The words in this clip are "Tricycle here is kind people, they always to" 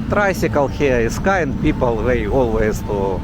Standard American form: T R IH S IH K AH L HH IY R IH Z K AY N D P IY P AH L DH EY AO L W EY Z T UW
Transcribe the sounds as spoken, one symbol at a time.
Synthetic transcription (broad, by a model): T R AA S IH K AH L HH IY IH S K AY N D P IY P AH L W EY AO L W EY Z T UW